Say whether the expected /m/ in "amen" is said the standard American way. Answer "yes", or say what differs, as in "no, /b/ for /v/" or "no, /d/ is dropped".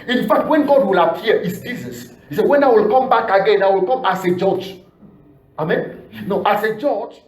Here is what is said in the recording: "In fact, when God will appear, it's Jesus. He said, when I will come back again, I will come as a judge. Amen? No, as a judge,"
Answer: yes